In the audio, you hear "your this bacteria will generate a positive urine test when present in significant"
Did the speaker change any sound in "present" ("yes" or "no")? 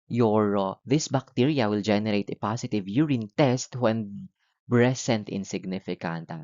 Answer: yes